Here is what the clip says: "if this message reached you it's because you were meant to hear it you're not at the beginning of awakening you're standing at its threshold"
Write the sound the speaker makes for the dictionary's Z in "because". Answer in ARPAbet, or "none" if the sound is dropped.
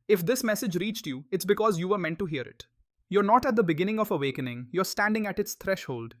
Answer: Z